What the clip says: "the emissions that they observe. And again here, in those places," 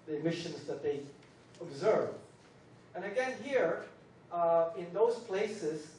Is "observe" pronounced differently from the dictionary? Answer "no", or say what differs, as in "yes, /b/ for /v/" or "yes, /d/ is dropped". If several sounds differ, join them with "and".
no